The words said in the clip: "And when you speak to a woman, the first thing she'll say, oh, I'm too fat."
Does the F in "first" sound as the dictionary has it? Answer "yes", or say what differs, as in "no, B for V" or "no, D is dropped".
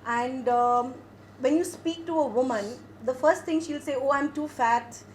yes